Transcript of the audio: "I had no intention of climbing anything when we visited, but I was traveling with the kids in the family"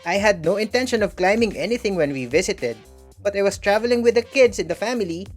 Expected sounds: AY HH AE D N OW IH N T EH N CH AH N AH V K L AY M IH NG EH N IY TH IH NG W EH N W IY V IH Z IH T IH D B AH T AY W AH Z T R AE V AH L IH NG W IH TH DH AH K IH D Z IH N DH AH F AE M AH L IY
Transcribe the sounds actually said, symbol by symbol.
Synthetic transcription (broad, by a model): AY HH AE D N OW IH N T EH N SH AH N AH V K L AY M IH NG EH N IY TH IH NG W EH N W IY V IH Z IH T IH D B AH T AY W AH S T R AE V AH L IH NG W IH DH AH K IH D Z IH N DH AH F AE M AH L IY